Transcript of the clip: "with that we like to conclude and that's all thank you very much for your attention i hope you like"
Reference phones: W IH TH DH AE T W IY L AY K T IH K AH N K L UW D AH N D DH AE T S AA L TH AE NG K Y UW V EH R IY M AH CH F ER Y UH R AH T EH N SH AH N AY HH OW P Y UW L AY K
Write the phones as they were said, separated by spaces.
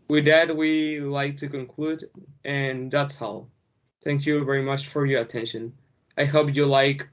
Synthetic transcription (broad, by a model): W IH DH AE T W IY L AY K T IH K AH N K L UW D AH N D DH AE T S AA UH TH AE NG K Y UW V EH R IY M AH CH F ER Y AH R AH T EH N SH AH N AY HH OW P Y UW L AY K